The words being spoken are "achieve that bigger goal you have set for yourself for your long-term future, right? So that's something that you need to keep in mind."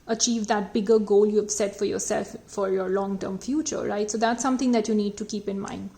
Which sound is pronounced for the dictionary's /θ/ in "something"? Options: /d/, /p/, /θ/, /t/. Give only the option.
/t/